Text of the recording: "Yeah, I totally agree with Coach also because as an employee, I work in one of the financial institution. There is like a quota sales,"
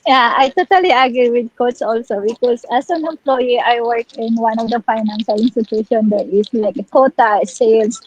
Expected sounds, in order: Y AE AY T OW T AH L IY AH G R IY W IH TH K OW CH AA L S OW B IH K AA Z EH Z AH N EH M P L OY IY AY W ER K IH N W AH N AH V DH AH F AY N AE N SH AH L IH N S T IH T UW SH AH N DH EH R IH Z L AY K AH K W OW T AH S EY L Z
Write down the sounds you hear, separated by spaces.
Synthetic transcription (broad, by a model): Y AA AY T OW T AH L IY AH G R IY W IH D K OW S AA L S OW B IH K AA S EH S AH N EH M P L OY IY AY W ER K IH N W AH N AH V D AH F AY N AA N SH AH L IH N S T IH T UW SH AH N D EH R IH S L AY K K OW T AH S EY L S